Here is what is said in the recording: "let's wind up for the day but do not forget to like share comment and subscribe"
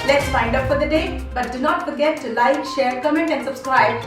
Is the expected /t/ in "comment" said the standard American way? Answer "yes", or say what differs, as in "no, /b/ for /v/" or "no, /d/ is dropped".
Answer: yes